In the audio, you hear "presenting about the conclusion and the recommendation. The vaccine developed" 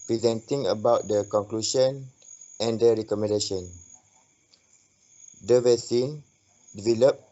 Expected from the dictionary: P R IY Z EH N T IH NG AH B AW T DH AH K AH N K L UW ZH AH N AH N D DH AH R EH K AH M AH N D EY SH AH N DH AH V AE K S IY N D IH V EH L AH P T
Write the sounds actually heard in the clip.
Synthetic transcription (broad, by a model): P R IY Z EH N T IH NG AH B AW T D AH K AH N K L UW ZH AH N AH N D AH R EH K AH M AH N D EY SH AH N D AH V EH S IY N D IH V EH L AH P